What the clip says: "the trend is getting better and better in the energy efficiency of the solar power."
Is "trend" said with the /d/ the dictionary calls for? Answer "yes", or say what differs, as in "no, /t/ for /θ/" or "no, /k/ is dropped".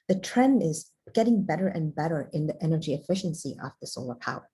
yes